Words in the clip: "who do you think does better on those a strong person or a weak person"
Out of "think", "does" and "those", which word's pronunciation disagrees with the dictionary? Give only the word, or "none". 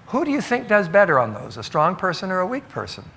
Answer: none